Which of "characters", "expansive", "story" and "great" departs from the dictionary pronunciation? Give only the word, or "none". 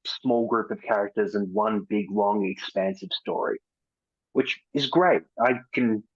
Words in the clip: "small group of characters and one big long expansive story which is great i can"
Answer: none